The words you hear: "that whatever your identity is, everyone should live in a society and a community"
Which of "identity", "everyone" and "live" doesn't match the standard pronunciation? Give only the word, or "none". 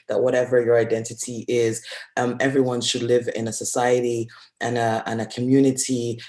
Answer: none